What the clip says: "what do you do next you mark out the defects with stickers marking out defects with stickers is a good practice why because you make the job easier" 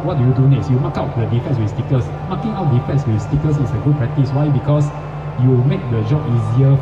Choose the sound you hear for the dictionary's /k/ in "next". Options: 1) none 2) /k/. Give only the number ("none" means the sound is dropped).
1